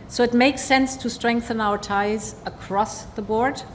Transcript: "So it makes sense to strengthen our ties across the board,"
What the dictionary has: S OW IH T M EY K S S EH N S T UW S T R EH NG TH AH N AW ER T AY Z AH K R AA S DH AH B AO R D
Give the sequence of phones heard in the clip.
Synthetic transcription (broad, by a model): S OW IH T M EY K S S EH N S T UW S T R EH NG TH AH N AW ER T AY Z AH K R AA S DH AH B AO R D